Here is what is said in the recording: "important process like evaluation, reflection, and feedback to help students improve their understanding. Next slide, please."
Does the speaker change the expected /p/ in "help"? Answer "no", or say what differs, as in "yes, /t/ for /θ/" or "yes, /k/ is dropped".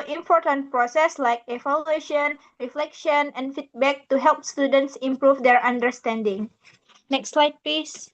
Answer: no